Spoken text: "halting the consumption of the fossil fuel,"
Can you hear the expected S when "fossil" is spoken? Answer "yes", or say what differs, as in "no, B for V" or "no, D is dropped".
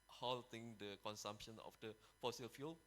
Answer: yes